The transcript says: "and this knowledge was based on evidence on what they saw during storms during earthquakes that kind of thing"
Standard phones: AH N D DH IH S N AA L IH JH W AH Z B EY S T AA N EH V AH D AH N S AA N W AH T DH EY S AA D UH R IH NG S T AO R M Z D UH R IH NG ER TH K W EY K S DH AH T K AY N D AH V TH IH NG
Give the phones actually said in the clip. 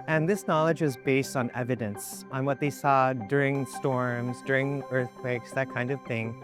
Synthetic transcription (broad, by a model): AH N DH IH S N AA L IH JH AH Z B EY S T N EH V AH D AH N S N W AH T DH EY S AA D UH R IH NG S T AO R M Z D UH R IH NG ER TH K W EY K S DH AH T K AY N D AH V TH IH NG